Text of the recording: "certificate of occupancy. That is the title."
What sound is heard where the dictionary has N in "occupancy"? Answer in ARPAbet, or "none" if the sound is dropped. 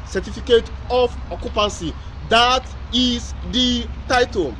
N